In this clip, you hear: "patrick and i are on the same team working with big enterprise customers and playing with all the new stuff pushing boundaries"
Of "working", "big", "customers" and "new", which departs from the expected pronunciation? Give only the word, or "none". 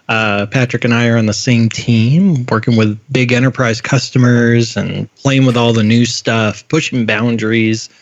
none